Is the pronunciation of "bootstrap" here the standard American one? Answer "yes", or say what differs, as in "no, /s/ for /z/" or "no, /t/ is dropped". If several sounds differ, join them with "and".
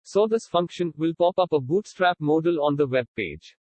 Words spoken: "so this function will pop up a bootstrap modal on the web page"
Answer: yes